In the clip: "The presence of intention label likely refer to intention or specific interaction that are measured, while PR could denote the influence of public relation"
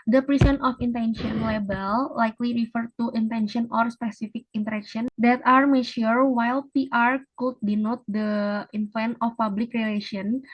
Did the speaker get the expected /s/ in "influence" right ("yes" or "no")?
no